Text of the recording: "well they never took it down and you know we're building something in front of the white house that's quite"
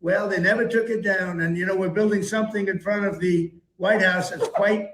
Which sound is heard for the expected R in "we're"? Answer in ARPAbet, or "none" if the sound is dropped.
R